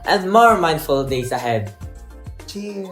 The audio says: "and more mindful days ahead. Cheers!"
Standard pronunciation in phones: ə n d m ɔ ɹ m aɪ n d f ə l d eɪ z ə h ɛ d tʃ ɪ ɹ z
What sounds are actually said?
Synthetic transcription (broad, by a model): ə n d m ɔ ɹ m aɪ n d f ə l d eɪ s ə h ɛ d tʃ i